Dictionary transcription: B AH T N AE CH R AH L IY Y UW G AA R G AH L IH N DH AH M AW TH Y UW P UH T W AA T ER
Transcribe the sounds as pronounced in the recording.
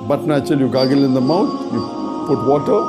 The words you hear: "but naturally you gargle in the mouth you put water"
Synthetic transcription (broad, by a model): B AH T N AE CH AH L Y UW G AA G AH L IH N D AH M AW T Y UW P UH T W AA T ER